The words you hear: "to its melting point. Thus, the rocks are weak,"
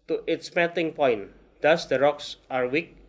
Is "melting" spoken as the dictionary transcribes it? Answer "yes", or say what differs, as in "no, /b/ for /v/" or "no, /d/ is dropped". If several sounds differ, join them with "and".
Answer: no, /l/ is dropped